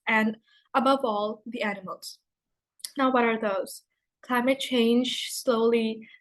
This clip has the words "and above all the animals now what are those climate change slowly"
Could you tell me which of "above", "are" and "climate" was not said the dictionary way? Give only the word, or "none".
none